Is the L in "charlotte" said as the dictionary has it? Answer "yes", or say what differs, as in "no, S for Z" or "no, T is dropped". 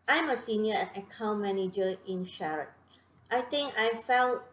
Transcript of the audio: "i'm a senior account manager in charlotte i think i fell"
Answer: no, L is dropped